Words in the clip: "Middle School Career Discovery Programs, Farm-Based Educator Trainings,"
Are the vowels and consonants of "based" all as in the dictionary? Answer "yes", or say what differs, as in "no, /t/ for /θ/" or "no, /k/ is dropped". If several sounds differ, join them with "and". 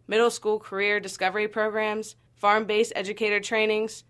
no, /t/ is dropped